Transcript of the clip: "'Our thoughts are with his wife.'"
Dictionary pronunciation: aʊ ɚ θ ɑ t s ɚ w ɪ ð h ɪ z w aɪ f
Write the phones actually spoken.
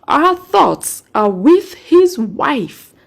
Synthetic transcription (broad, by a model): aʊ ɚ θ ɑ t s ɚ w ɪ ð h ɪ z w aɪ f